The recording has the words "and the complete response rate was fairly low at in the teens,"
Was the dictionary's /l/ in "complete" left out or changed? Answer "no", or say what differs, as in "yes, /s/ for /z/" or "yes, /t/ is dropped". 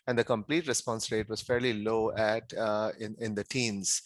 no